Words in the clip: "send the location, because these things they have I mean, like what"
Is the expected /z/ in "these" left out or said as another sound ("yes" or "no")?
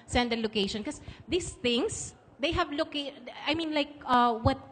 yes